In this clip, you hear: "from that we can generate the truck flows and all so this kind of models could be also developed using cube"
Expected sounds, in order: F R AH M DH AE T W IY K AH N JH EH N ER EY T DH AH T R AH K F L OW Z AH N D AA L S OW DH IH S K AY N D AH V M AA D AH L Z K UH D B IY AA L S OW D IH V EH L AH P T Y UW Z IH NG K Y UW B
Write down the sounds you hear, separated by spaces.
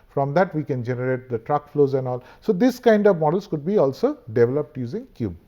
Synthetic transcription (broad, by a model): F R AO M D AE T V IY K AH N JH EH N ER EY T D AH T R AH K F L OW Z AH N D AA L S OW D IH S K AY N D AH V M AA D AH L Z K UH D B IY AA L S OW D IH V EH L AH P T Y UW Z IH NG K Y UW B